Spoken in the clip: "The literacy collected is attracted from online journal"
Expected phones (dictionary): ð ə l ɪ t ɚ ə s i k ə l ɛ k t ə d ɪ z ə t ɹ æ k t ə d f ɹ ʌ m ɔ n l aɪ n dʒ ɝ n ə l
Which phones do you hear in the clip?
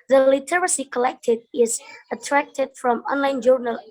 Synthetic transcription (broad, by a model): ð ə l ɪ t ɚ ə s i k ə l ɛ k t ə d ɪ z ə t ɹ æ k t ə d f ɹ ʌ m ɔ n l aɪ n dʒ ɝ n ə l